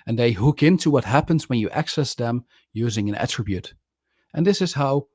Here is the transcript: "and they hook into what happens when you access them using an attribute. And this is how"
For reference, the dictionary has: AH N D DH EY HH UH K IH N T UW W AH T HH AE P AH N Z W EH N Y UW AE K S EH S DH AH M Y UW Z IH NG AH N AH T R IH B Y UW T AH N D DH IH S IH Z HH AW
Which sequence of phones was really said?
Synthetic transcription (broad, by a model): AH N DH EY HH UH K IH N T UW W AH T HH AE P AH N Z W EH N Y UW AE K S EH S DH AH M Y UW Z IH NG AH N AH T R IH B Y UW T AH N DH IH S IH Z HH AW